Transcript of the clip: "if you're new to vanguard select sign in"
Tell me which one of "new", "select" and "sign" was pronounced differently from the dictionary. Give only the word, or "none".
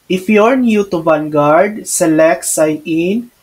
sign